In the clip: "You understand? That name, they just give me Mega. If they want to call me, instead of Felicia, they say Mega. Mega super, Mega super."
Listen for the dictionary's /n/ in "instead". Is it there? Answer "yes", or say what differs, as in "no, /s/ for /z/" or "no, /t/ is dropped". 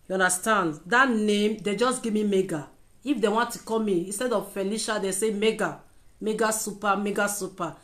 yes